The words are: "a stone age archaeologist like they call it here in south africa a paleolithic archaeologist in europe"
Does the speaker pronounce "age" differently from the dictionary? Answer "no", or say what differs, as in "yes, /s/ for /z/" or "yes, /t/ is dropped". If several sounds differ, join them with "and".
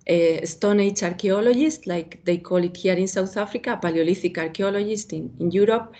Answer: yes, /tʃ/ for /dʒ/